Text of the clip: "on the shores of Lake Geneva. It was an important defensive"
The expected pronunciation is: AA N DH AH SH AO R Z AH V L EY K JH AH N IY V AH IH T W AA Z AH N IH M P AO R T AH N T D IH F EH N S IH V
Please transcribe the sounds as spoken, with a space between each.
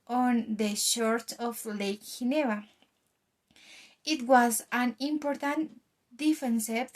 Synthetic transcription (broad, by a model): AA N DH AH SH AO R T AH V L EY K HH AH N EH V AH IH T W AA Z AH N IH M P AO R T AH N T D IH F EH N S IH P